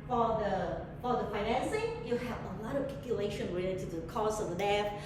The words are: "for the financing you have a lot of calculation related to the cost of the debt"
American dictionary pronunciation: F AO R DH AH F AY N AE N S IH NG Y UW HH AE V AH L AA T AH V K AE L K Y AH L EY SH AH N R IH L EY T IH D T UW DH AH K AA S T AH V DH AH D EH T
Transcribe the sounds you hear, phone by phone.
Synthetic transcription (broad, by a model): F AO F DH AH F AY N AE N S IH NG Y UW HH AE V AH L AA T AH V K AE K Y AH L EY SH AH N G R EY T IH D T UW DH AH K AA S AH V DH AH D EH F